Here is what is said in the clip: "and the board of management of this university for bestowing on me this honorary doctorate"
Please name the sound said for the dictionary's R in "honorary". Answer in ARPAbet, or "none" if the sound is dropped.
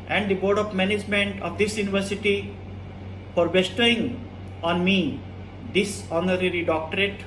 R